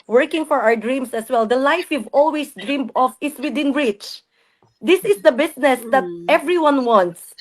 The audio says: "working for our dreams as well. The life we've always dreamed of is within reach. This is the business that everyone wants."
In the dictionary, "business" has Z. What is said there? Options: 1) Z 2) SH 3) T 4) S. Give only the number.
4